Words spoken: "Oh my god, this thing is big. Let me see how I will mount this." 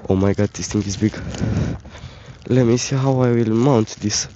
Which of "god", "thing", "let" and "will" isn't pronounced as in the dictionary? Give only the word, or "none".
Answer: thing